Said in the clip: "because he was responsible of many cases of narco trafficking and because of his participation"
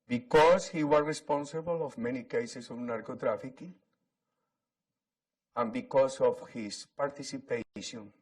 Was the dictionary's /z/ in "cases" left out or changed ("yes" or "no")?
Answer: yes